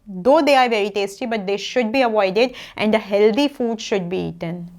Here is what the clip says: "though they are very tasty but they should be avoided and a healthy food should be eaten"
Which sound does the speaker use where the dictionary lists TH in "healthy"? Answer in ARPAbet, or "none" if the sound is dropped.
T